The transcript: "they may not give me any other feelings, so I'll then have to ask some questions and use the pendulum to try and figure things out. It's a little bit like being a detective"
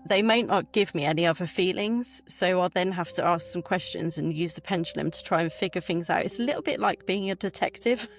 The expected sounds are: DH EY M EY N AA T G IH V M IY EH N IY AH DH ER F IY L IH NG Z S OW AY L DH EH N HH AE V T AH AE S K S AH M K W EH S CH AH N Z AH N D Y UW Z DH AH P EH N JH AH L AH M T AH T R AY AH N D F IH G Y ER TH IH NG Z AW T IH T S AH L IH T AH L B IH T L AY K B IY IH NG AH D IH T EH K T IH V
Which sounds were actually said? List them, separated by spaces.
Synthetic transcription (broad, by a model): DH EY M EY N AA T G IH V M IY EH N IY AH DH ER F IY L IH NG Z S OW AY L DH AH N HH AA F T AH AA S K S AH M K W EH S CH AH N Z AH N Y UW Z DH AH P EH N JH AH L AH M T AH T R AY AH N F IH G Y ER TH IH NG Z AW T IH T S AH L IH T L B IH T L AY K B IY IH NG AH D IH T EH K T IH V